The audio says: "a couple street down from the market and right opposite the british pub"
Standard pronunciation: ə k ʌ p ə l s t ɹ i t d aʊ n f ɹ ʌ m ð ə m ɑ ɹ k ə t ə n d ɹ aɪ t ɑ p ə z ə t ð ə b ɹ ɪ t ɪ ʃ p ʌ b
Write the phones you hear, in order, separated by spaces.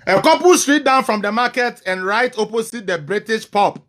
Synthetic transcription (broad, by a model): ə k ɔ p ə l s t ɹ i t d aʊ n f ɹ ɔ m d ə m ɑ k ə t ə n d ɹ aɪ t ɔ p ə s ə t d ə b ɹ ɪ t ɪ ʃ p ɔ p